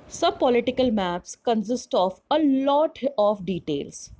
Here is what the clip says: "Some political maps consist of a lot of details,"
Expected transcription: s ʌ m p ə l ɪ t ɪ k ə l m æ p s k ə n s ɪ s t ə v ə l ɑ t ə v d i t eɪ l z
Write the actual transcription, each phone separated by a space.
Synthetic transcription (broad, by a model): s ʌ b p ə l ɪ t ɪ k ə l m æ p s k ə n s ɪ s t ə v ə l ɑ t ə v d i t eɪ l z